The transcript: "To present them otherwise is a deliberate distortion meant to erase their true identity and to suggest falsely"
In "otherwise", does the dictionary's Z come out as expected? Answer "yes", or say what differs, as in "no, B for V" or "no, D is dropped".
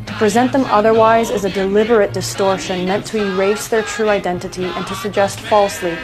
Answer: yes